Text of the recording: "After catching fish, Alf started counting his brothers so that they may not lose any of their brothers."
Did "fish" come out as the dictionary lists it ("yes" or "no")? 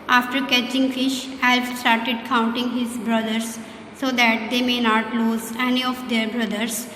yes